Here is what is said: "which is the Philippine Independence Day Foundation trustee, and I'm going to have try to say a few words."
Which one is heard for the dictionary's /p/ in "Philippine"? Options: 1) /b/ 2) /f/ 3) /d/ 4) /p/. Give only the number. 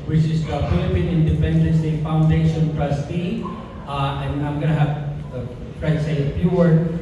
4